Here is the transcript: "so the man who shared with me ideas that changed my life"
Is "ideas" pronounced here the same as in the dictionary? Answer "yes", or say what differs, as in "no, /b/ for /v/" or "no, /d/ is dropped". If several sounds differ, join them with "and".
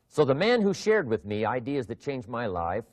yes